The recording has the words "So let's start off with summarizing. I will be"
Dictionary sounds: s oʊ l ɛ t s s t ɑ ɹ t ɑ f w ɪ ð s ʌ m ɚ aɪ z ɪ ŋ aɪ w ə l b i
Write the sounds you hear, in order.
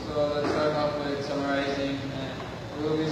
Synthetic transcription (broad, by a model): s oʊ l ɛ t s s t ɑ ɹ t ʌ p w ɪ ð s ʌ m ɚ aɪ z ɪ ŋ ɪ w ə l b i